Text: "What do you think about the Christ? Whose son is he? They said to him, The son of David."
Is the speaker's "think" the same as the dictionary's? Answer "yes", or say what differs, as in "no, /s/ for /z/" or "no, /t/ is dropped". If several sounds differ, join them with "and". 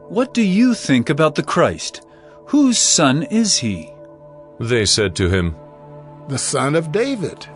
yes